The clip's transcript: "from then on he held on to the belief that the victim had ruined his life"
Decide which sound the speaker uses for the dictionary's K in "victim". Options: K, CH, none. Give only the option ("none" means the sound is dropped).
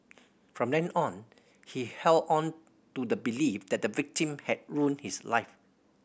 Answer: K